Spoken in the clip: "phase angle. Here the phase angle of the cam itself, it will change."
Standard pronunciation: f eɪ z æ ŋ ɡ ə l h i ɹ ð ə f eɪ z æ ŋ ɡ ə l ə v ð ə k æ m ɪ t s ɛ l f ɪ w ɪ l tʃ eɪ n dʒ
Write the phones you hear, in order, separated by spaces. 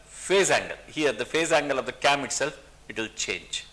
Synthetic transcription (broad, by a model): f eɪ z æ ŋ ɡ ə l h i ɹ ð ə f eɪ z æ ŋ ɡ ə l ə v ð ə k æ m ɪ t s ɛ l f ɪ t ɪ l tʃ eɪ n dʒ